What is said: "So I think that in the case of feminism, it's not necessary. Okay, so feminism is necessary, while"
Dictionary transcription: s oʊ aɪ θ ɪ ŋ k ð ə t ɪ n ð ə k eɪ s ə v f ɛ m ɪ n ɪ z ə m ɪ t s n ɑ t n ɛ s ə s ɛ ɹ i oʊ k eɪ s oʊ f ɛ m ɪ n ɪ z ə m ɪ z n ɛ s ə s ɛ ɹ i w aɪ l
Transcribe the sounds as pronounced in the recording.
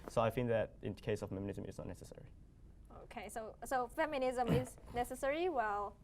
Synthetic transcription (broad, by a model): s oʊ aɪ f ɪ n ð ə t ɪ n k eɪ s ə v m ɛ m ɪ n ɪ z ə m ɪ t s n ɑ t n ɛ s ə s ɛ ɹ i oʊ k eɪ s oʊ f ɛ m ɪ n ɪ z ə m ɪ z n ɛ s ə s ɛ ɹ i w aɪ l